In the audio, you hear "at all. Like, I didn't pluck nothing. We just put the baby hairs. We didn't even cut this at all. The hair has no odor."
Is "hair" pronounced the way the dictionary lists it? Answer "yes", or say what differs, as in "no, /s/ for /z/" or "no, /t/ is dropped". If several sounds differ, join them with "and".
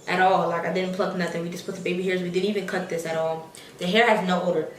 yes